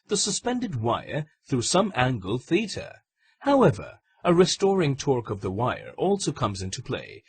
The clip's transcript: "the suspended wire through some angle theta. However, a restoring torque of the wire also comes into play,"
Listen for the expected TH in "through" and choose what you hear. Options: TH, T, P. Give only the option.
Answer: TH